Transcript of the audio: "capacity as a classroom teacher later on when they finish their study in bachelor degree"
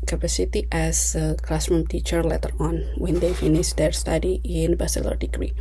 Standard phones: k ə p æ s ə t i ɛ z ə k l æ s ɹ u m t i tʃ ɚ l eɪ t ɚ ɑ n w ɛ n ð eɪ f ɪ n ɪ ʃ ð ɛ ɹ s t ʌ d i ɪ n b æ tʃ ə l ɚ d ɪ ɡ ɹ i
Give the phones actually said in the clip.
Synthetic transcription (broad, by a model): k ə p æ s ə t i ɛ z ə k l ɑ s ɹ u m t i tʃ ɚ l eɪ t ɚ ɑ n w ɛ n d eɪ f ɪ n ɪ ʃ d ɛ ɹ s t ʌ d i ɪ n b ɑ s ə l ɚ d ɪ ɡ ɹ i